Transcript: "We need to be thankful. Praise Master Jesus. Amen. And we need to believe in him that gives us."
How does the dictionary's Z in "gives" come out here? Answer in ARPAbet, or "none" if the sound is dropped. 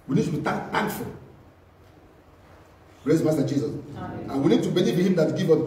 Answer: none